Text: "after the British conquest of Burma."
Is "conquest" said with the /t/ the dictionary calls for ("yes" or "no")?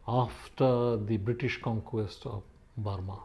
yes